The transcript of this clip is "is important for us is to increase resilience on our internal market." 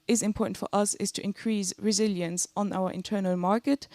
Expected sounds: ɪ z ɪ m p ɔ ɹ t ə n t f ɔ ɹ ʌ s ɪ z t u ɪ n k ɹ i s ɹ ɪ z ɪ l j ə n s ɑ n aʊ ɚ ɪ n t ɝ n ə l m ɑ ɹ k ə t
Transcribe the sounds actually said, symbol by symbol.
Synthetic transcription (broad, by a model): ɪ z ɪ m p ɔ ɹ t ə n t f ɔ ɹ ʌ s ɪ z t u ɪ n k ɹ i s ɹ ɪ z ɪ l j ə n s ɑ n aʊ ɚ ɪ n t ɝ n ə l m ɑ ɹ k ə t